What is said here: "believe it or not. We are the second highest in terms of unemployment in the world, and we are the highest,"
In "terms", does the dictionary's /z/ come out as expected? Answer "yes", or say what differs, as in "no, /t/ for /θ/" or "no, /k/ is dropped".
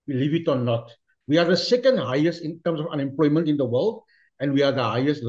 no, /s/ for /z/